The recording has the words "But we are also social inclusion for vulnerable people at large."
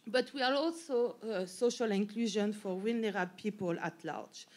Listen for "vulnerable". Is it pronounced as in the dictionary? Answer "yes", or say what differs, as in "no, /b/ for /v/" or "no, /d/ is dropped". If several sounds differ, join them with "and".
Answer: no, /w/ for /v/